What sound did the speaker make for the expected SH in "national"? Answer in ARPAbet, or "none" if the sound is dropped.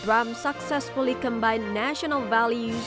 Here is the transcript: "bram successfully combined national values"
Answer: SH